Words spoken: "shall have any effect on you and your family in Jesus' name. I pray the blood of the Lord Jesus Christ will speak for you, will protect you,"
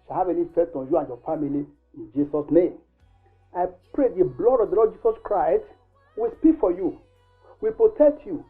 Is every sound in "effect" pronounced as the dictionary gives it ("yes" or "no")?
no